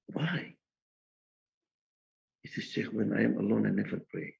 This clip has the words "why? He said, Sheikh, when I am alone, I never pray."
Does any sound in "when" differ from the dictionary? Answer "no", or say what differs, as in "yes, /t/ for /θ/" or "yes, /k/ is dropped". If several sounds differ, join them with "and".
no